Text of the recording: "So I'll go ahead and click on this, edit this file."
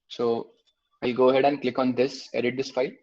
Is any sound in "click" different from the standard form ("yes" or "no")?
no